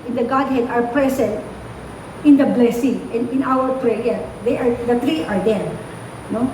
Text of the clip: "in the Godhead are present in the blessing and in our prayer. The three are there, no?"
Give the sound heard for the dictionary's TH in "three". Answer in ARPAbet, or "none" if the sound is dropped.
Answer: T